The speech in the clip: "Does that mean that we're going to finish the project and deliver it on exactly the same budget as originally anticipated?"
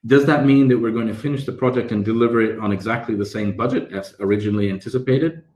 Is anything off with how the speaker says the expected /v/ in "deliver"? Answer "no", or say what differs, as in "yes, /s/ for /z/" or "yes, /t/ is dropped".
no